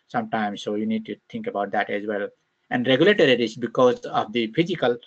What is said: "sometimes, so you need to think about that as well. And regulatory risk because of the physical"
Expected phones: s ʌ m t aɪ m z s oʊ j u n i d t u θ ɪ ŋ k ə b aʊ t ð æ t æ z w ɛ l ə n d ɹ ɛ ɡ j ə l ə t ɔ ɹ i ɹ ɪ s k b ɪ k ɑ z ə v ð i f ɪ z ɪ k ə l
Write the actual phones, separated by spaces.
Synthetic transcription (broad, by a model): s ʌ m t aɪ m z s oʊ j u n i d t u t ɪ ŋ k ə b aʊ t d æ t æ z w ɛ l ə n d ɹ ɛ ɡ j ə l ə t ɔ ɹ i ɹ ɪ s b ɪ k ɑ z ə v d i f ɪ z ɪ k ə l